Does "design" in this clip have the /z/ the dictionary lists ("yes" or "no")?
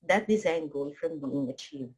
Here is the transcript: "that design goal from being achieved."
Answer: yes